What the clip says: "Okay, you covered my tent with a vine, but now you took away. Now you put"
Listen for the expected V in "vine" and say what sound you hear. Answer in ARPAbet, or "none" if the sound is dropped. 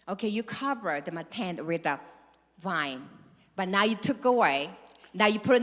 V